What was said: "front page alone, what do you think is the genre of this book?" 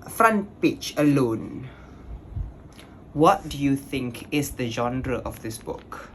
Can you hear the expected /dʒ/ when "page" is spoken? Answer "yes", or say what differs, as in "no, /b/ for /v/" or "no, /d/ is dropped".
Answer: no, /tʃ/ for /dʒ/